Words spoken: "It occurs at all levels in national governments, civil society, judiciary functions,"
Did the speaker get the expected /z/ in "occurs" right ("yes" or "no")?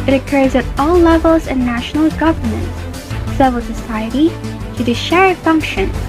yes